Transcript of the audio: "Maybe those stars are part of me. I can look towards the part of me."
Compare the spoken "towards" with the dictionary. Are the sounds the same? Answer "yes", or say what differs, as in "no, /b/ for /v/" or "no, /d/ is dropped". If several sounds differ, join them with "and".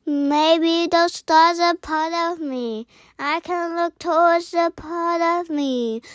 no, /w/ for /ɹ/